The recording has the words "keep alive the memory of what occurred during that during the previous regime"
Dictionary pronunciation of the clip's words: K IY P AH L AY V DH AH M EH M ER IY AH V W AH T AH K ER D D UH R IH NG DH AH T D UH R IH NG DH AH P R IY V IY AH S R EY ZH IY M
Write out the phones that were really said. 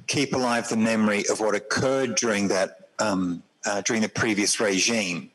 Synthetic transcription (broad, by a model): K IY P AH L AY V DH AH M EH M ER IY AH V W AH T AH K ER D D UH R IH NG DH AH T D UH R IH NG DH AH P R IY V IY AH S R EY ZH IY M